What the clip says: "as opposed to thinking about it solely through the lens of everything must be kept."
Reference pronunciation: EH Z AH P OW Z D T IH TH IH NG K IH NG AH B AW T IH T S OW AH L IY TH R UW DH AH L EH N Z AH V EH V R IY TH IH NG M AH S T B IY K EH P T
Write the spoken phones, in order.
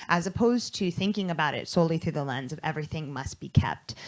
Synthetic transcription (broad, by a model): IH Z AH P OW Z T IH TH IH NG K IH NG AH B AW T IH T S OW AH L IY TH R UW DH AH L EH N Z AH V EH V R IY TH IH NG M AH S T B IY K EH P T